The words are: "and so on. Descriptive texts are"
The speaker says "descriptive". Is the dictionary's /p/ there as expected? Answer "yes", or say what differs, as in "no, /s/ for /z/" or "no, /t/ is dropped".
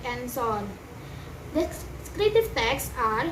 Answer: no, /p/ is dropped